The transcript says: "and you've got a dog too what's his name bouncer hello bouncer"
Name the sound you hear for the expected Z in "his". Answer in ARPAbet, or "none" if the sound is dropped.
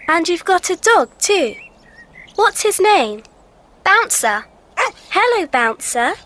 Z